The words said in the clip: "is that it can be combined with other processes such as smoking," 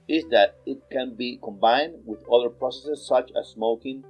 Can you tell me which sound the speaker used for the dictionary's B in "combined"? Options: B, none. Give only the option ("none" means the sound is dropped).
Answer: B